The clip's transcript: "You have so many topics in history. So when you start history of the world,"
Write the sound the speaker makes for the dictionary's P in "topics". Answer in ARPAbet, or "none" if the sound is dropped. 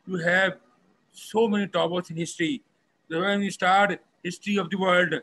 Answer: B